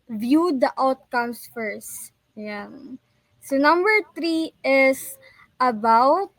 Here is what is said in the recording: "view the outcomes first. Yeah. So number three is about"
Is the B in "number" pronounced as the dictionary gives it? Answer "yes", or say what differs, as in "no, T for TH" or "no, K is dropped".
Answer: yes